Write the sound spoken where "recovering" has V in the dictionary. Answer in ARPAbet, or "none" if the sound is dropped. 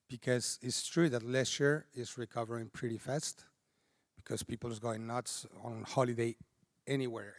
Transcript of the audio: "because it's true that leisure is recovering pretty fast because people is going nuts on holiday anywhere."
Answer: V